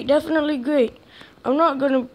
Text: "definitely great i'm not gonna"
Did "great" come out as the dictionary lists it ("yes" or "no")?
yes